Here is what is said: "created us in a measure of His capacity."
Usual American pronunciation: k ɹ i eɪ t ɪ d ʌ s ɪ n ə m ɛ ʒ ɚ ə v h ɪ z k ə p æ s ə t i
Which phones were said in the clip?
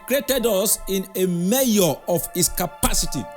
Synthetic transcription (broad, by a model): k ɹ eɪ t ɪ d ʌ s ɪ n ə m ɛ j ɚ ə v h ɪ s k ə p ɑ s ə t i